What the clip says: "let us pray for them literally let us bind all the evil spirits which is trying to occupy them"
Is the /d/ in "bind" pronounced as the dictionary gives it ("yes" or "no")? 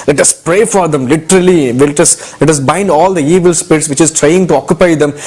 yes